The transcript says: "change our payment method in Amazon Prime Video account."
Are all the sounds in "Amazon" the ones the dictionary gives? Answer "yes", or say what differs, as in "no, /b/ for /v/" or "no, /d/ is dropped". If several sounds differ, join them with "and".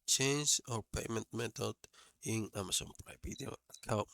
no, /s/ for /z/